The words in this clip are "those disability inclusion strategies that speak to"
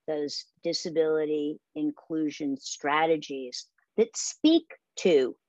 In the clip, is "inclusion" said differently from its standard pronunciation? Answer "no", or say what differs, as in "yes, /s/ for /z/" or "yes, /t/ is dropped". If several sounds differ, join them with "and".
no